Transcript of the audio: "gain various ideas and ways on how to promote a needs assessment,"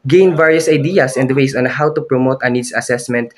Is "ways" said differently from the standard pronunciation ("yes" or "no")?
yes